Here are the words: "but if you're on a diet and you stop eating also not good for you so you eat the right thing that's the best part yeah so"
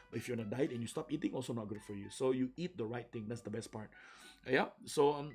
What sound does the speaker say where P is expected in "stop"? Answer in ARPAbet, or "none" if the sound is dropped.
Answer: P